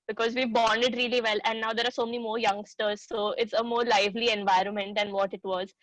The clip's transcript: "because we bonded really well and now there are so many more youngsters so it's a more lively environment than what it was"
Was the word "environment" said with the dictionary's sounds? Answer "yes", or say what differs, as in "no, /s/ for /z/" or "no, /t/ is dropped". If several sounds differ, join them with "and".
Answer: yes